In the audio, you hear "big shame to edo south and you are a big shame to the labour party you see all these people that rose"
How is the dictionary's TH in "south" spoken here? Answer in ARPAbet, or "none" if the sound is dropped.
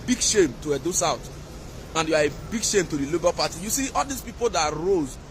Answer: T